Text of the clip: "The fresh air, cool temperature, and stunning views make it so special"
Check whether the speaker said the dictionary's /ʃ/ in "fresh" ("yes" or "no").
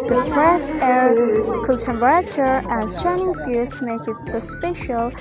no